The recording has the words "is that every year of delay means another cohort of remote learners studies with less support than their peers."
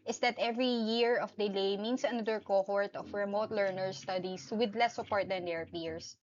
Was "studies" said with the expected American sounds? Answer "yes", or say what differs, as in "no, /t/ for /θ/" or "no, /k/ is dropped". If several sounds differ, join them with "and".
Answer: no, /s/ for /z/